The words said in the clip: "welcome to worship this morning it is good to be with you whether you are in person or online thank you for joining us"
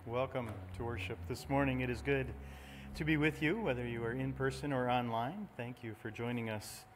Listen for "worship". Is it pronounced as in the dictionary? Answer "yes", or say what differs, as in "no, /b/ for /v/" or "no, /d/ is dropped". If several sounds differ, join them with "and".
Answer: yes